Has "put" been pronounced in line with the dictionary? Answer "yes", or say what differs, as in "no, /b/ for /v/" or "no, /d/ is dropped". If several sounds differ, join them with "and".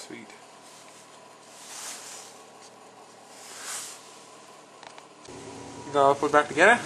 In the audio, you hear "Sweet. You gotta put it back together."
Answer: no, /f/ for /p/